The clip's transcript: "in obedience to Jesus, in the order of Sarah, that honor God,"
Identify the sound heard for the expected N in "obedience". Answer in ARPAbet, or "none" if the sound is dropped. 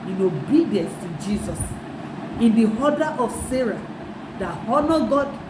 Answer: N